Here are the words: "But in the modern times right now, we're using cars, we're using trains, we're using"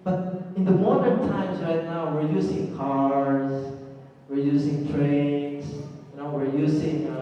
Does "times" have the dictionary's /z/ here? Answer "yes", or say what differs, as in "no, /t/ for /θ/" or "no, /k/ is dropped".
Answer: no, /s/ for /z/